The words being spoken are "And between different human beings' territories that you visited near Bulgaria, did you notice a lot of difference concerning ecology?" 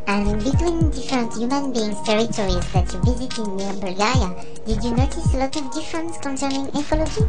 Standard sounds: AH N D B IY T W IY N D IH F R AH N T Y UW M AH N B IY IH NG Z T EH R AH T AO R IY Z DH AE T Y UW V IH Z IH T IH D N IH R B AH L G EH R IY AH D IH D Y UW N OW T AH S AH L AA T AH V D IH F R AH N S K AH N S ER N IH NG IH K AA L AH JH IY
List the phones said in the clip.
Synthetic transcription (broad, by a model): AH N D B IY T W IY N D IH F R AH N T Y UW M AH N B IY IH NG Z T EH R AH T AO R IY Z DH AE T Y UW V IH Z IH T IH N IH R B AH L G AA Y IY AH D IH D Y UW N OW T AH S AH L AA T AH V D IH F R AH N S K AH N S ER N IH NG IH K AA L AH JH IY